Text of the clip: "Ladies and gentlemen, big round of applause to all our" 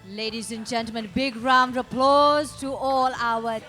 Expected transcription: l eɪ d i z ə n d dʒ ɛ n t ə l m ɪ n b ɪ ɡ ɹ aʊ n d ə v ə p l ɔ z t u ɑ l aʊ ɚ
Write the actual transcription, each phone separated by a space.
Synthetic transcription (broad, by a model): l eɪ d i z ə n dʒ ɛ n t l m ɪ n b ɪ ɡ ɹ aʊ n d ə ə p l ɔ z t u ɑ l aʊ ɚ